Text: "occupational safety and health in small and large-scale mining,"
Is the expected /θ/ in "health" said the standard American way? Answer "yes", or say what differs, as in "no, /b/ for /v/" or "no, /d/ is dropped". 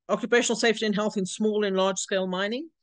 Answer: yes